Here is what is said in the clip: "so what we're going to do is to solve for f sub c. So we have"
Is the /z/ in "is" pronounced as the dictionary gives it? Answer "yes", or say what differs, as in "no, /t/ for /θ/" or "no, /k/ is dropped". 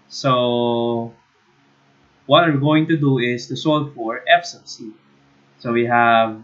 no, /s/ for /z/